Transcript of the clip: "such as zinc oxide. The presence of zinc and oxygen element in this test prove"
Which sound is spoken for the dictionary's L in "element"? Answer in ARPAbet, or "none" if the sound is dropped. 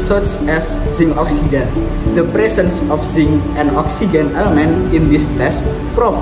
L